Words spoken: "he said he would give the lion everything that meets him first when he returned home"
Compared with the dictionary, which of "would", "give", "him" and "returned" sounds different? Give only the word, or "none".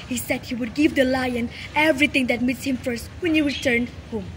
returned